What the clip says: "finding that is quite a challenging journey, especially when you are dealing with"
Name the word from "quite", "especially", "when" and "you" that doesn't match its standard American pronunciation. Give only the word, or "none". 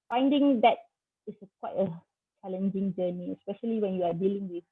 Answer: none